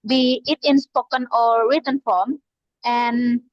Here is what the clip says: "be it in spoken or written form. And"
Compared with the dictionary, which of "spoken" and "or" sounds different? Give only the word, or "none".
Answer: or